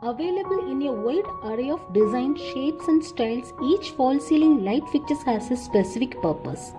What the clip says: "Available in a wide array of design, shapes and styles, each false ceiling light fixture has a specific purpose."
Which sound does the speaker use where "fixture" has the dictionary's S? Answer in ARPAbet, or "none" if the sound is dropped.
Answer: none